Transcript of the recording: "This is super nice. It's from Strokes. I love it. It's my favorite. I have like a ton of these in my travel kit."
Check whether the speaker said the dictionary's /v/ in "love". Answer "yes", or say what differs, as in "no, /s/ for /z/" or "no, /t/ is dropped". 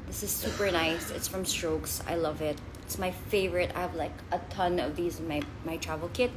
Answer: yes